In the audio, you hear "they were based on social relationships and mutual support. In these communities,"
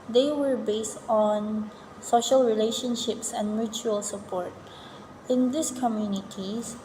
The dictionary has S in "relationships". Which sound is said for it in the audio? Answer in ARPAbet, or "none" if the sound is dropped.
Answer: S